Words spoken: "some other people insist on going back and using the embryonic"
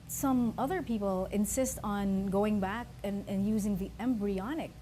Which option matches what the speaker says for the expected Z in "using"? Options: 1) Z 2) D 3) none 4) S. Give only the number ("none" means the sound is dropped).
1